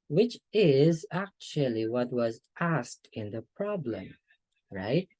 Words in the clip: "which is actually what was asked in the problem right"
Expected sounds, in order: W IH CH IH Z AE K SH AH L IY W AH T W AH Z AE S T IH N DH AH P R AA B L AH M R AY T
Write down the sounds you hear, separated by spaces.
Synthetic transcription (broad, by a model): W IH CH IH Z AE K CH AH L IY W AH T W AH Z AE S T IH N DH AH P R AA B L AH M R AY T